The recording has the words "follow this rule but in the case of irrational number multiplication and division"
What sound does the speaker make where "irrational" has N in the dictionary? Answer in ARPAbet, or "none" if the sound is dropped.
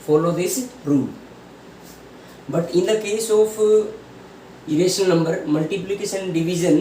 none